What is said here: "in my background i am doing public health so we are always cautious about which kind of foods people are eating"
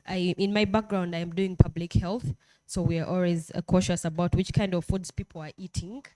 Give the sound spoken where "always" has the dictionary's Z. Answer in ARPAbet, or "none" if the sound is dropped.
Z